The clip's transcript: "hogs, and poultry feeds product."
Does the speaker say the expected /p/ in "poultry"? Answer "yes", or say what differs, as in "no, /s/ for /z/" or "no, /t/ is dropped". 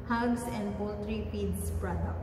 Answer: no, /b/ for /p/